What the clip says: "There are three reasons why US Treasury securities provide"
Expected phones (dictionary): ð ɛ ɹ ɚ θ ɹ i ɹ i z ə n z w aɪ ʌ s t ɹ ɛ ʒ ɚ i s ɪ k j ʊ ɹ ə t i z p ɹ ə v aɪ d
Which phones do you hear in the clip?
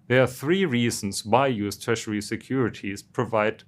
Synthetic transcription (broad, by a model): ð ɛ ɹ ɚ θ ɹ i ɹ i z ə n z w aɪ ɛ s t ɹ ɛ ʃ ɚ i s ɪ k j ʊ ɹ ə t i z p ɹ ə v aɪ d